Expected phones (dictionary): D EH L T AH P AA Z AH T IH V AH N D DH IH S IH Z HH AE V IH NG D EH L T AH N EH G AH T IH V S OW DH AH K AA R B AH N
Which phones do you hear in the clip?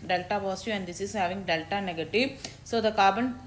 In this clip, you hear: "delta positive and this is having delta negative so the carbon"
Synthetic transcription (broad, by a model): D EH L T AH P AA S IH AH N D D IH S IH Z HH AE V IH NG D EH L T AH N EH G AH T IH V S OW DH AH K AA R B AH N